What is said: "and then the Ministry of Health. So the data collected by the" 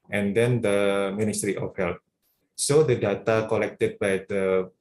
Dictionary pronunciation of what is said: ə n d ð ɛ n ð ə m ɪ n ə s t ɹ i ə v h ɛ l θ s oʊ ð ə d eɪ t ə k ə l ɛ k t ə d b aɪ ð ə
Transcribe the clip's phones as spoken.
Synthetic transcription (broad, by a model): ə n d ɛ n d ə m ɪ n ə s t ɹ i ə f h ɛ l t s oʊ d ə d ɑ t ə k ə l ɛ k t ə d b aɪ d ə